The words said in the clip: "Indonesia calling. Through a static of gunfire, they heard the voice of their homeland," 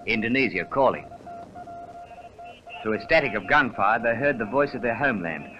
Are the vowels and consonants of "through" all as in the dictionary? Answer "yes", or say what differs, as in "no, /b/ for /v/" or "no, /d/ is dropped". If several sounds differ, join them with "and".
no, /ɹ/ is dropped